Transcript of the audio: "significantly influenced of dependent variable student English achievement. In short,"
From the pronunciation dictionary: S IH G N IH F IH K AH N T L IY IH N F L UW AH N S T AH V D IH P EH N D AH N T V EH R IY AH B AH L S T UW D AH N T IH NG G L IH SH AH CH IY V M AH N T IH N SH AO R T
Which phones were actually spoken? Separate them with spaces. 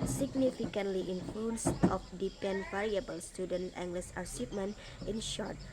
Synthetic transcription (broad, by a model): S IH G N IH F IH K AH N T L IY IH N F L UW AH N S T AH F D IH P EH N N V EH R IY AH B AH L S T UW D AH N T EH NG G L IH S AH S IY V M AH N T IH N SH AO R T